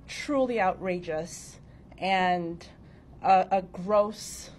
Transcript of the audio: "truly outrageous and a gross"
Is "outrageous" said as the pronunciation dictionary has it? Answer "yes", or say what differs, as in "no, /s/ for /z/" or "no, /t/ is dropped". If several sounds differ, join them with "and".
yes